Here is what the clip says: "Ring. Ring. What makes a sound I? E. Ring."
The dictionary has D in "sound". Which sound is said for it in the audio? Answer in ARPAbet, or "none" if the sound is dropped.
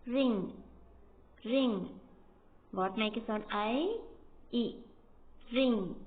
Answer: none